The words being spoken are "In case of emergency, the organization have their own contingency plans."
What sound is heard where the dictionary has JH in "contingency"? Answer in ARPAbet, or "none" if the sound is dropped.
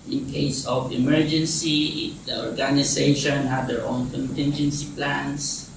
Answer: JH